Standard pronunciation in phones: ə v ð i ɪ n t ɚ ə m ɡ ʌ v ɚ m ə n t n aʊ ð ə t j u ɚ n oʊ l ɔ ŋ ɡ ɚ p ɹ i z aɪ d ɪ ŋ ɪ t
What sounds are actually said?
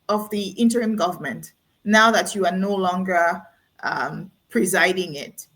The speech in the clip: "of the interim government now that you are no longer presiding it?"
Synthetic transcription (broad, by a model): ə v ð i ɪ n t ɚ ə m ɡ ʌ v ɚ m ə n t n aʊ ð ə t j u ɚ n oʊ l ɔ ŋ ɡ ɚ p ɹ i z aɪ d ɪ ŋ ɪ t